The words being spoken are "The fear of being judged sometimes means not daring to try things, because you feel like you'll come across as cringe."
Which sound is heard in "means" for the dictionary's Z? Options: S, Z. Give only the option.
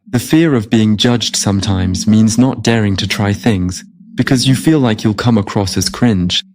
Z